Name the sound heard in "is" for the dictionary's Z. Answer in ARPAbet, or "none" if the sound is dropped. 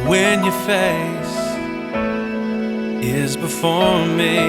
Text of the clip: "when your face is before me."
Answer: Z